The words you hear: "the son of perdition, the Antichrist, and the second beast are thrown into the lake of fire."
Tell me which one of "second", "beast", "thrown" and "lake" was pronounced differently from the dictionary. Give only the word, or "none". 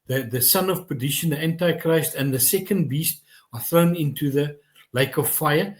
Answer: none